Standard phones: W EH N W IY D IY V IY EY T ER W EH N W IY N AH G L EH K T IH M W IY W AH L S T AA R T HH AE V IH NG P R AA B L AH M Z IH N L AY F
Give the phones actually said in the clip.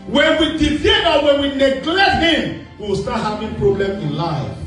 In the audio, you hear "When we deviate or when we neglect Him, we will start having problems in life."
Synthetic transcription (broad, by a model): W EH N W IY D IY F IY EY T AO W EH N W IY N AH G L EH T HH IH M W IY W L S T AA T HH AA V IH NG P R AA B L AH M IH N L AY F